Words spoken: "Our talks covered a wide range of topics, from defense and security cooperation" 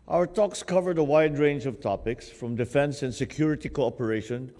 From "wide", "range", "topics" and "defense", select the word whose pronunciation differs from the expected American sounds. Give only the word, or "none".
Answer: none